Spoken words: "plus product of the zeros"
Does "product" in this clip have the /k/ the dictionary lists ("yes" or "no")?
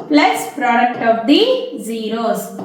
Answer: yes